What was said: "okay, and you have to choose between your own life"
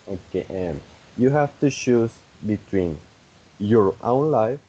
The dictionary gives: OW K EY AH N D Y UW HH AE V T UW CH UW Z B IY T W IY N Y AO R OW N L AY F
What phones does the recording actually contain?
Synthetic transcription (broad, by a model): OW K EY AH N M Y UW HH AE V T UW SH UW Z B IY T W IY N Y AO R OW N L AY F